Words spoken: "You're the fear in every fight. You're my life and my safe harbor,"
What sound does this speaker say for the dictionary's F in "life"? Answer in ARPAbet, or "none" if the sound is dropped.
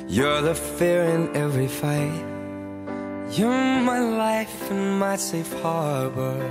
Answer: F